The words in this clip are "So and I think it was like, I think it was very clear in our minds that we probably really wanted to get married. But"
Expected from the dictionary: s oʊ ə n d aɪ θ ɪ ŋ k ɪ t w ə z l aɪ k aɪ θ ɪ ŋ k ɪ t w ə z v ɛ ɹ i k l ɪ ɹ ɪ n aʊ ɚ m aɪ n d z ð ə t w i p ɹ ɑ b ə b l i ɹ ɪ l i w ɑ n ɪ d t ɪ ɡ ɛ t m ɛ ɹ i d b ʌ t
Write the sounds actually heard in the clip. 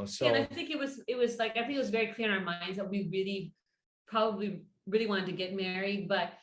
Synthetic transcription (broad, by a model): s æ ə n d aɪ θ ɪ ŋ k ɪ t w ə z l aɪ k aɪ θ ɪ ŋ k ɪ t w ə z v ɛ ɹ i k l ɪ ɹ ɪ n aʊ ɚ m aɪ n d z ð ə t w i p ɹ ɑ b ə b l i ɹ ɪ l i w ɑ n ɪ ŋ t ɪ ɡ ɛ t m ɛ ɹ i d b ʌ t